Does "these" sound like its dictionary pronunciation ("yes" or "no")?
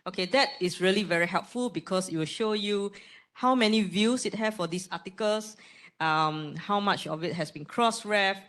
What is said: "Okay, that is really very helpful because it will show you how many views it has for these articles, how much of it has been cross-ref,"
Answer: no